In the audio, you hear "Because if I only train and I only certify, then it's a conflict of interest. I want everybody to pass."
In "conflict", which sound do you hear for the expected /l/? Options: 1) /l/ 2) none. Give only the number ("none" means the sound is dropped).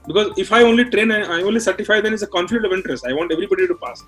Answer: 2